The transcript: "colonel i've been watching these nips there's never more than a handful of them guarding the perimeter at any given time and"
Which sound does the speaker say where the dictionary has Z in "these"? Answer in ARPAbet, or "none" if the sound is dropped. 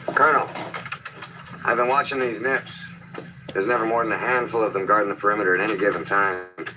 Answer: Z